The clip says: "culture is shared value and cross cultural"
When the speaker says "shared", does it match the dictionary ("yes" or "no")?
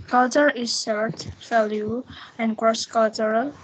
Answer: no